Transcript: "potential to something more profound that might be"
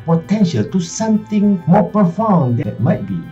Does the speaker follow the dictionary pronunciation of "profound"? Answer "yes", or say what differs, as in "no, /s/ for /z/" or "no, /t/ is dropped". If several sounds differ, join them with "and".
no, /ɹ/ is dropped